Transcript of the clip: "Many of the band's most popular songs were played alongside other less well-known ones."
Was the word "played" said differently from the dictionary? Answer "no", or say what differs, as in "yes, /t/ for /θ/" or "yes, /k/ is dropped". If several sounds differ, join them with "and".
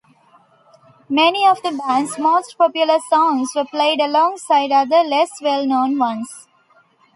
no